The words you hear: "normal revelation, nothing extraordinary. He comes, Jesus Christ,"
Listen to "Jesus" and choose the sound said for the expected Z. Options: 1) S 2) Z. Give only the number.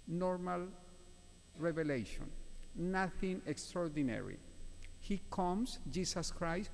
1